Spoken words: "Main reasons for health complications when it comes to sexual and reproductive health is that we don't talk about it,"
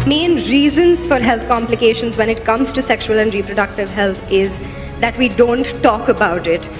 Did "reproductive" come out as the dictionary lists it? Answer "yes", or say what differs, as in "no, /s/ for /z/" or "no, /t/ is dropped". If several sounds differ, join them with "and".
yes